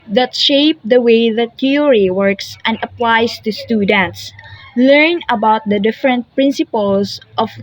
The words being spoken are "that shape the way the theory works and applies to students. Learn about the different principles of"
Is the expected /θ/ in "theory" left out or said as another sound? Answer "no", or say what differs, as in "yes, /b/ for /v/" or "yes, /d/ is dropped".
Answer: yes, /t/ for /θ/